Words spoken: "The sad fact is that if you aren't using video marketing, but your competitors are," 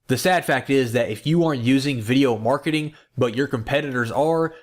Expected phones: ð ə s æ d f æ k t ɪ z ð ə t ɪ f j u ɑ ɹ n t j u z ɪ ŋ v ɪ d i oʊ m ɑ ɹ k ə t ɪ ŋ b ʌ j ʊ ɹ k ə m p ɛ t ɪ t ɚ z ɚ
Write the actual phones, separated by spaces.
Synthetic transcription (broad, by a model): ð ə s æ d f æ k t ɪ z ð ə t ɪ f j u ɑ ɹ n t j u z ɪ ŋ v ɪ d i oʊ m ɑ ɹ k ə t ɪ ŋ b ʌ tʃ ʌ ɹ k ə m p ɛ t ɪ t ɚ z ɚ